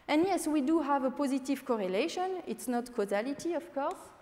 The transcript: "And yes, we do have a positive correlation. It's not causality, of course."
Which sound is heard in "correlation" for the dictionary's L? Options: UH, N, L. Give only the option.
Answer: L